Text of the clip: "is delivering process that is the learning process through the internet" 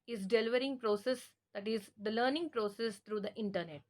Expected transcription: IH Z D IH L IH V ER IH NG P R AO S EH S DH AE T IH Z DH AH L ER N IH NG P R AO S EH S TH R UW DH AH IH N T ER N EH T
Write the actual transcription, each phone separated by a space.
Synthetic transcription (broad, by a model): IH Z D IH L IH V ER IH NG P R AO S EH S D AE T IH Z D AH L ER N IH NG P R AO S EH S T R UW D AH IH N T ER N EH T